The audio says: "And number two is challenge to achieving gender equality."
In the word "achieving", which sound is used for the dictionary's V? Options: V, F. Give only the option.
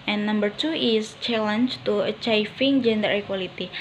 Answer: F